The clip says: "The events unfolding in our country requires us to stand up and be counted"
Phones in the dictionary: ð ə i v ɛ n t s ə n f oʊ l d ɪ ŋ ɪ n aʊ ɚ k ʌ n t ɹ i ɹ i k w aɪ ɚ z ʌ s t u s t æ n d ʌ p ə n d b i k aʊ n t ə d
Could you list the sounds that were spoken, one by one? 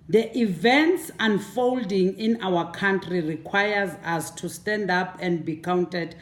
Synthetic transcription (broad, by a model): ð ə i v ɛ n t s ə n f oʊ l d ɪ ŋ ɪ n aʊ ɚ k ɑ n t ɹ i ɹ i k w aɪ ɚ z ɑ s t u s t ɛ n d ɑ p ə n d b i k aʊ n t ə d